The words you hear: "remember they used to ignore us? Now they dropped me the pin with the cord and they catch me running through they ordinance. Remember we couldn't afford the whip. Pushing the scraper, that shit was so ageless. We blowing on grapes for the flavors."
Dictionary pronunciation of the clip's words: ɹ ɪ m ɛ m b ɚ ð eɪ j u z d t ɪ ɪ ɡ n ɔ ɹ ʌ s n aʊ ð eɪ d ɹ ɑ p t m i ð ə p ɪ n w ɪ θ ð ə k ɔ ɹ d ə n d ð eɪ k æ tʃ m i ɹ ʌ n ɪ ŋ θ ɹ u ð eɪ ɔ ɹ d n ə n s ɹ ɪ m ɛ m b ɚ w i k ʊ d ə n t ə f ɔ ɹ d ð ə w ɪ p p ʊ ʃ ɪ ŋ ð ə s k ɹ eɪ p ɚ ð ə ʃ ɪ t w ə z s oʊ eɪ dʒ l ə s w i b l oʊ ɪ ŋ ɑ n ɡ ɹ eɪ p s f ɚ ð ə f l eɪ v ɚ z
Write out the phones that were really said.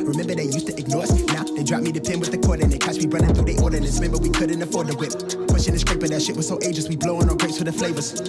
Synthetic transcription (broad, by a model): ɹ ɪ m ɛ m b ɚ ð eɪ j u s t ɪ ɪ ɡ n ɔ ɹ ʌ s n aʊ ð eɪ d ɹ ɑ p m i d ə p ɪ n w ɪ ð ə k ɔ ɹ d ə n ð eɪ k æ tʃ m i ɹ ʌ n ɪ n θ u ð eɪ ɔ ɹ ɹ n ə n ɹ ɪ m ɛ m b ɚ w i k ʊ d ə n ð ə f ɔ ɹ d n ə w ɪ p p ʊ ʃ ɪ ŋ ð ə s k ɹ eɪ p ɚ ð ə ʃ ɪ t w ə z s oʊ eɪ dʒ ə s w i b l oʊ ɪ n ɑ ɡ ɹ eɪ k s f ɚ ð ə f l eɪ v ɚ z